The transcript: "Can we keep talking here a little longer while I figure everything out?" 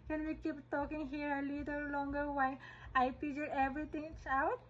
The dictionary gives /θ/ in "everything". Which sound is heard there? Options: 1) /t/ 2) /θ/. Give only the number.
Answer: 1